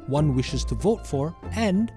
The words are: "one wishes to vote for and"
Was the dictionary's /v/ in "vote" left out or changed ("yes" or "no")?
no